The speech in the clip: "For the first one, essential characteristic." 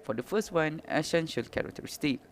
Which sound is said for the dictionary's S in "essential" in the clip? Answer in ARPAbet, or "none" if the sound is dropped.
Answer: SH